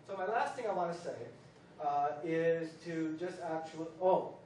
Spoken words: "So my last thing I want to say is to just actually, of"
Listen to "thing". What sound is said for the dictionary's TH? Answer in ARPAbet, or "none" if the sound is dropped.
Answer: TH